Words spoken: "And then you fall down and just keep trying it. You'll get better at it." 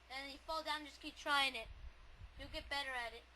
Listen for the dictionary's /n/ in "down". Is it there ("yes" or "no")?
no